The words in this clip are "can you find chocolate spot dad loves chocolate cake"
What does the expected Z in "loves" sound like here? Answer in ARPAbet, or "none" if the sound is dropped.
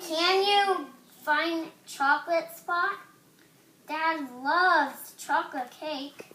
none